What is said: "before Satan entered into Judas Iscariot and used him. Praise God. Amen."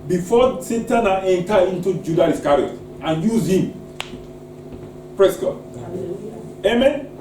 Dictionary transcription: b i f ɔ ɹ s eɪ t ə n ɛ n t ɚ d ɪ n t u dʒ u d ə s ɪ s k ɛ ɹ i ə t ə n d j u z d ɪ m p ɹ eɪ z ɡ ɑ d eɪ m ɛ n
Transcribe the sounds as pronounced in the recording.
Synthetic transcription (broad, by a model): b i f ɔ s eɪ t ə n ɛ n t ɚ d ɪ n t u dʒ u d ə ɪ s k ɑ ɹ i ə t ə n j u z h ɪ m p ɹ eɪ s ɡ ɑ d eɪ m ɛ n